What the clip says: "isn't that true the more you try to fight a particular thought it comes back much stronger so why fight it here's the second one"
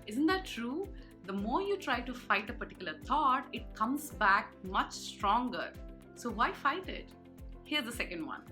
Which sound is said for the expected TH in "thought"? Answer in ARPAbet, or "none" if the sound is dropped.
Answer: T